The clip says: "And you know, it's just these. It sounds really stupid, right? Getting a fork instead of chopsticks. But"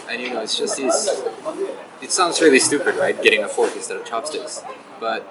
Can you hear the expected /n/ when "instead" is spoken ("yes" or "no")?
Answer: no